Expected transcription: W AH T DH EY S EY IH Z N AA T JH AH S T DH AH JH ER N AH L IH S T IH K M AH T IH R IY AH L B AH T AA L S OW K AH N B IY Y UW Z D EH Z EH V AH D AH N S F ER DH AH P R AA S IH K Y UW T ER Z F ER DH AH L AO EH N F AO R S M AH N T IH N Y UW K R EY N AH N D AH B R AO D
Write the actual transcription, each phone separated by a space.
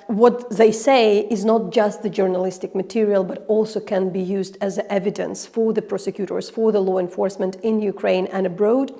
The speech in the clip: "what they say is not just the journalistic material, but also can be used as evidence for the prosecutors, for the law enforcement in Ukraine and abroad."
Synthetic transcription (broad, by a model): W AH T DH EY S EY IH Z N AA T JH AH S T DH AH JH ER N AH L IH S T IH K M AH T IH R IY AH L B AH T AA L S OW K AH N B IY Y UW Z D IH Z EH V AH D AH N S F ER DH AH P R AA S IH K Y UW T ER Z F ER DH AH L AO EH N F AO R S M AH N T IH N Y UW K R EY N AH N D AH B R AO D